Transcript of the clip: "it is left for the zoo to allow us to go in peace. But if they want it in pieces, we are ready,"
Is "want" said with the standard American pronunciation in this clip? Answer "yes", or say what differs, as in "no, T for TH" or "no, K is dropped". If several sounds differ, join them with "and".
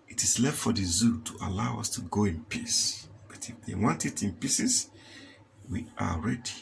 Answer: yes